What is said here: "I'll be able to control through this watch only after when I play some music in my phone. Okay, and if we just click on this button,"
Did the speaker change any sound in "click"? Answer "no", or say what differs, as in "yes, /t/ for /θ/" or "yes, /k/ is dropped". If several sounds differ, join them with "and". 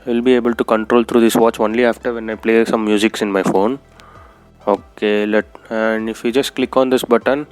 no